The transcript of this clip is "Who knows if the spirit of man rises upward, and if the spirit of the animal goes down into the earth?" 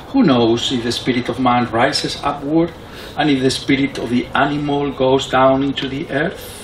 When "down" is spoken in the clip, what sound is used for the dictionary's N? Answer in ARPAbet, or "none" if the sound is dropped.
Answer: N